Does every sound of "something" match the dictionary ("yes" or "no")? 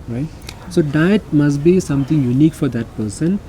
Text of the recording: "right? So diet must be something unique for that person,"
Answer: no